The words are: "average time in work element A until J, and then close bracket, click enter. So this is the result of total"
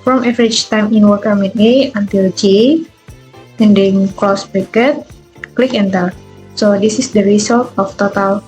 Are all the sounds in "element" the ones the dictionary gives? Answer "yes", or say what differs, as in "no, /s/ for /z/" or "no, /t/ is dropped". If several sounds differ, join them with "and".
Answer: no, /l/ is dropped and /t/ is dropped